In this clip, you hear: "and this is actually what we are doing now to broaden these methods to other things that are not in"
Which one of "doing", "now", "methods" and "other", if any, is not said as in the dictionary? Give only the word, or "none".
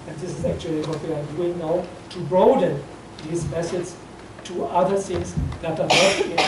methods